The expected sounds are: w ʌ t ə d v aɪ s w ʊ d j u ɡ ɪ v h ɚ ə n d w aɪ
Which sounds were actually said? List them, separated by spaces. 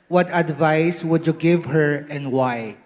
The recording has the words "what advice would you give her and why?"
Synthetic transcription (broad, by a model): w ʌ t ə d v aɪ s w ʊ d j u ɡ ɪ v h ɚ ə n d w aɪ